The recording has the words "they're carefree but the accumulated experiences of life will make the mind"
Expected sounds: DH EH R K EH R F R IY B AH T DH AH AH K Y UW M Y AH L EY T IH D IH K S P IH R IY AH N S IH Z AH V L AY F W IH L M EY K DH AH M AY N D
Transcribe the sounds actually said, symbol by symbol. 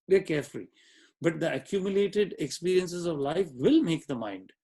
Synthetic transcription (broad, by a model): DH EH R K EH R F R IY B AH T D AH AH K Y UW M Y AH L EY T IH D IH K S P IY R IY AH N S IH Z AH V L AY F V IH L M EY K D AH M AY N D